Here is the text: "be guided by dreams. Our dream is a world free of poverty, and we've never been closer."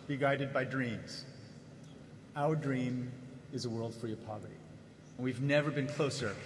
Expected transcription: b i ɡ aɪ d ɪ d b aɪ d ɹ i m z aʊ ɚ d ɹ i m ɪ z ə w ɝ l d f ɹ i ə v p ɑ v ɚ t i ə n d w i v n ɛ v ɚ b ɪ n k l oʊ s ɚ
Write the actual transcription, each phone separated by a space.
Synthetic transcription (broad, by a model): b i ɡ aɪ d ɪ d b aɪ d ɹ i m z aʊ ɚ d ɹ i m ɪ z ə w ɝ l d f ɹ i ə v p ɑ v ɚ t i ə n w i v n ɛ v ɚ b ɪ n k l oʊ s ɚ